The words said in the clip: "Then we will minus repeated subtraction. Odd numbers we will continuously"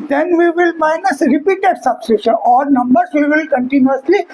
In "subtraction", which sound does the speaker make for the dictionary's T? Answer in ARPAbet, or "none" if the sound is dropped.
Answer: S